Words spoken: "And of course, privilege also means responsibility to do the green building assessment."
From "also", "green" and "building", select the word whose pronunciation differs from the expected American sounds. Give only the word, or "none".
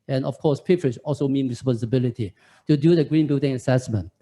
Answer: none